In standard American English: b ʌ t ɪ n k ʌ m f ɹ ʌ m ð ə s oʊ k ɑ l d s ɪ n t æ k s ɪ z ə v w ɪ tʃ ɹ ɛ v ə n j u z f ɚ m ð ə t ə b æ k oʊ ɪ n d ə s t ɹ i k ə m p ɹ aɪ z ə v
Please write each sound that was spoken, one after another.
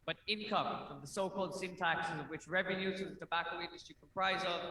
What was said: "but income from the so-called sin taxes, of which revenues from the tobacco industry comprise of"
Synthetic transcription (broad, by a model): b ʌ t ɪ n k ʌ m f ɹ ʌ m ð ə s oʊ k ɑ l d s ɪ n t æ k s ɪ z ə v w ɪ tʃ ɹ ɛ v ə n j u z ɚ ð ə t ə b æ k oʊ ɪ n d ə s t ɹ i k ə m p ɹ aɪ z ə